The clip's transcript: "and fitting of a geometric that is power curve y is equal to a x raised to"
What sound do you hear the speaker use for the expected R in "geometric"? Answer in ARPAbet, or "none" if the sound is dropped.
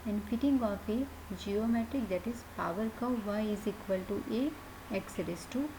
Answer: R